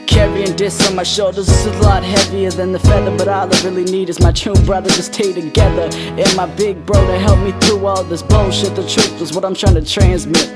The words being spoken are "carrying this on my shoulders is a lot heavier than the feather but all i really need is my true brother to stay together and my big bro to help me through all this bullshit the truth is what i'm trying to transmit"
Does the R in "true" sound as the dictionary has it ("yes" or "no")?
no